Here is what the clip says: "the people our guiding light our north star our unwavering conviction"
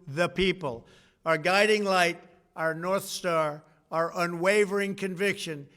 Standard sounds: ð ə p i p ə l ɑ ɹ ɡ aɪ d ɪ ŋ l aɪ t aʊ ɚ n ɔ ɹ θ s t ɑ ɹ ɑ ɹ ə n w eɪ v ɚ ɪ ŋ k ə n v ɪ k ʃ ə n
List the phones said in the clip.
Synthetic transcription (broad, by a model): ð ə p i p ə l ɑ ɹ ɡ aɪ d ɪ ŋ l aɪ t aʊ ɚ n ɔ ɹ θ s t ɑ ɹ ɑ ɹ ə n w eɪ v ɚ ɪ ŋ k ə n v ɪ k ʃ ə n